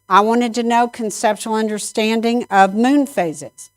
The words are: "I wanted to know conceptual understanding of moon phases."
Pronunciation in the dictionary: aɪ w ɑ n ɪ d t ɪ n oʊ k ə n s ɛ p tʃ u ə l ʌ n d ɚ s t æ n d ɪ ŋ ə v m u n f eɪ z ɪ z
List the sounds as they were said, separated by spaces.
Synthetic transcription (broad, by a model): aɪ w ɑ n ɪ d t ɪ n oʊ k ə n s ɛ p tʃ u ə l ʌ n d ɚ s t æ n d ɪ ŋ ə v m u n f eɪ z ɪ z